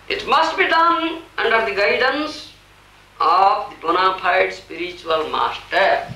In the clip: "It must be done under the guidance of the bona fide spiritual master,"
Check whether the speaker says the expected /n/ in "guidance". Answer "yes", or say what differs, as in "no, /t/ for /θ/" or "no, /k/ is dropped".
yes